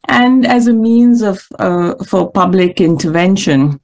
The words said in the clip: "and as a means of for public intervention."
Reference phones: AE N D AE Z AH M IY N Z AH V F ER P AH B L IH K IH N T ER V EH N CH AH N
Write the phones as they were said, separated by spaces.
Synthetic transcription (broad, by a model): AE N D AE Z AH M IY N Z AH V F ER P AH B L IH K IH N T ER V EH N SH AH N